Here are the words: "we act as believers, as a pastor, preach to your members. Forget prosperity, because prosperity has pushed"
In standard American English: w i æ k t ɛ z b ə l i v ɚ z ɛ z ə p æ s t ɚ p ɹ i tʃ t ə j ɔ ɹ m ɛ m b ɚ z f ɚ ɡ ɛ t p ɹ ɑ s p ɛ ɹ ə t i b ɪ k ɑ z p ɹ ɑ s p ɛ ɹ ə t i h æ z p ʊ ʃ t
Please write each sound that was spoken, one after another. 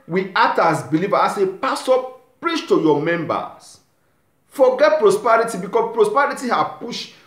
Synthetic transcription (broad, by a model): w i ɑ t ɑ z b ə l i v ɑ ɑ s ə p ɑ s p p ɹ i tʃ t ə j ɔ m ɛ m b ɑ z f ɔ ɡ ɛ t p ɹ ɑ s p ɛ ɹ ə t i b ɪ k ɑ p ɹ ɑ s p ɛ ɹ ə t i h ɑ p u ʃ